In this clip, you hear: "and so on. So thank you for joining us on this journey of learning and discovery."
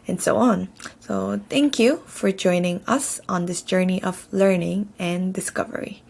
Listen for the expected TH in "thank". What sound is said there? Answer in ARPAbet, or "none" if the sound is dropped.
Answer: T